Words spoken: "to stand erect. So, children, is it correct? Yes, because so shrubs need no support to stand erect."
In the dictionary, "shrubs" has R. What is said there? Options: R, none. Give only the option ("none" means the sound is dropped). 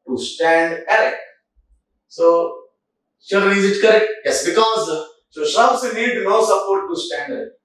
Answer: none